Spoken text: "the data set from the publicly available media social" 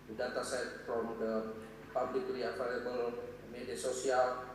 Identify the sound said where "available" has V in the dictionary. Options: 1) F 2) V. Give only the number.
1